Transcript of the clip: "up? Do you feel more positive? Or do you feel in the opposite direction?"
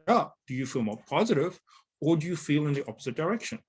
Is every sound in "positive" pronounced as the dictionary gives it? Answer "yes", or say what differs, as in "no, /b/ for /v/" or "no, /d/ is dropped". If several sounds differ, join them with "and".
yes